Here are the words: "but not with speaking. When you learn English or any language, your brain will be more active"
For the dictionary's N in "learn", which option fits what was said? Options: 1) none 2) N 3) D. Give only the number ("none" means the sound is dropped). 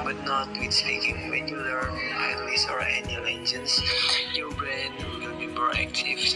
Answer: 1